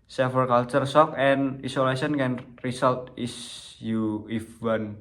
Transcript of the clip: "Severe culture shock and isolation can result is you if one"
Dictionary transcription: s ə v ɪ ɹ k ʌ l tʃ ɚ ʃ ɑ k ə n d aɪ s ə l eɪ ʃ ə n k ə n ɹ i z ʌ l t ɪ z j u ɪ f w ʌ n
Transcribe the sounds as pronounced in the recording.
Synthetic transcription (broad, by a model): s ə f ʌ ɹ k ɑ l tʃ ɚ s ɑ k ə n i s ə l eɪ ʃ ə n k ə n ɹ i s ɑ l t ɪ s j u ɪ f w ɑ n